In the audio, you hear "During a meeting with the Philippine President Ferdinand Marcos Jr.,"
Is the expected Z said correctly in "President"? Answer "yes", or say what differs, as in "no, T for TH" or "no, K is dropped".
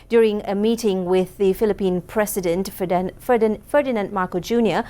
no, S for Z